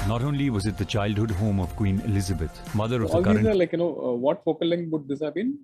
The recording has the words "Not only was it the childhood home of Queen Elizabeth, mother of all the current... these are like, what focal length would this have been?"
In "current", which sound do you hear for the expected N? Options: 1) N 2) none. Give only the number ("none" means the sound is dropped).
2